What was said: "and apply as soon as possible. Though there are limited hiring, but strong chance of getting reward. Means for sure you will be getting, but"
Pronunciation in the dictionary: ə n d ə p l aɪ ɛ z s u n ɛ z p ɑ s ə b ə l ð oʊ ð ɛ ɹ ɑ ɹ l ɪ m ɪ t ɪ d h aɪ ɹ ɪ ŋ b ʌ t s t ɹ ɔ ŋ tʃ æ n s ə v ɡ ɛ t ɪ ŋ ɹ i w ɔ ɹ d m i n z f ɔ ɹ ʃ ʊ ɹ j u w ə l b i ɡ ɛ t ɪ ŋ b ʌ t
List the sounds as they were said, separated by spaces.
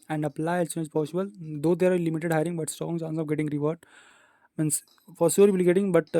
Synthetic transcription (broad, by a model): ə n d ə p l aɪ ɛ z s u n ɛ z p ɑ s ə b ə l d oʊ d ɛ ɹ ɑ ɹ l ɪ m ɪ t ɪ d h aɪ ɹ ɪ ŋ b ʌ t s t ɹ ɔ ŋ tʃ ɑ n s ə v ɡ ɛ t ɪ ŋ ɹ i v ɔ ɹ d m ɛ n s f ɔ ɹ s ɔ ɹ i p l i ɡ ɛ t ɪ ŋ b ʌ t